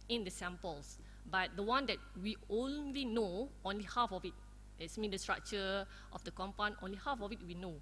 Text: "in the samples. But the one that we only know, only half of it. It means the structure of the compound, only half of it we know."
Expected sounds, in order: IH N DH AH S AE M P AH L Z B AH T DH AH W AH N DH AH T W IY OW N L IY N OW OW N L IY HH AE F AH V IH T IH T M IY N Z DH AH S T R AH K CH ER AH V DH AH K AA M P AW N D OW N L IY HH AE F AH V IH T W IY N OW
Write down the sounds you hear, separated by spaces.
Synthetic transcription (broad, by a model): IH N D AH S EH M P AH L S B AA T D AH W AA N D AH T W IY OW N L IY N OW OW N L IY HH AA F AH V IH T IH T M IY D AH S T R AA K CH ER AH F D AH K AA M P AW N OW N L IY HH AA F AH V IH T W IY N OW